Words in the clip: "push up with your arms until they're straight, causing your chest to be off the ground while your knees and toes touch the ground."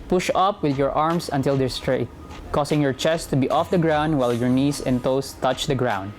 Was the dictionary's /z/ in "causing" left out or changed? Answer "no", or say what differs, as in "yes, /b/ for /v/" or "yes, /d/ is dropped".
yes, /s/ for /z/